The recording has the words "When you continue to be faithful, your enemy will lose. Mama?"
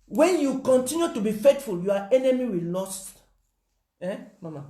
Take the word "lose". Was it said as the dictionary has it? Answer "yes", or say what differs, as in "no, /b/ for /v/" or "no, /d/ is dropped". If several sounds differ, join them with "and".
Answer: no, /z/ is dropped